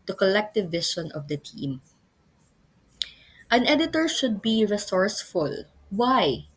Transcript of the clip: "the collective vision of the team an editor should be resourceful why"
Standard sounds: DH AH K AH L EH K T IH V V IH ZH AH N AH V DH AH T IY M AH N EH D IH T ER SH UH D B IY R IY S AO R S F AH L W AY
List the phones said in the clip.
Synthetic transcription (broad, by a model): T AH K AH L EH K T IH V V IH SH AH N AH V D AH T IY M AH N EH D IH T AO SH UH D B IY R IY S AO R S F AH L W AY